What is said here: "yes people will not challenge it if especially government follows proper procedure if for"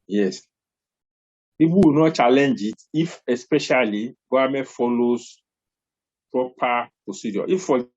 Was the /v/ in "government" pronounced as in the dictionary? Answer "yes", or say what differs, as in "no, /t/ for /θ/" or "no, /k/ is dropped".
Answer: no, /v/ is dropped